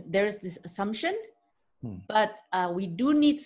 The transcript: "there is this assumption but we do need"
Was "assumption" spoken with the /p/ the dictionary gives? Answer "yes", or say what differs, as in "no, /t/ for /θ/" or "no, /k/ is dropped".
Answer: yes